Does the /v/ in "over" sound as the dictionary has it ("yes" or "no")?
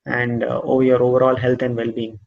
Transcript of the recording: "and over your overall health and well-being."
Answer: yes